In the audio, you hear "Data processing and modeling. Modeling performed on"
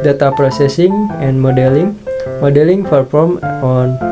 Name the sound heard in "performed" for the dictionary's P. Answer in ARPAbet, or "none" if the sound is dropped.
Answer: F